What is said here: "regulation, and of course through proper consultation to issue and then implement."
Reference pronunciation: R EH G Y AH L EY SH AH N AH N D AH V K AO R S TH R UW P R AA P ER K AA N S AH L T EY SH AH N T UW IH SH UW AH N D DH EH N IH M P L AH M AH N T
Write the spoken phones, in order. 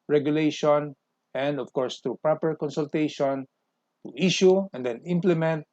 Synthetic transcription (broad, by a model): R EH G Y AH L EY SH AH N AH N D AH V K AO R S T R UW P R AA P ER K AA N S AH L T EY SH AH N T UW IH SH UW AH N D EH N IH M P L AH M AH N T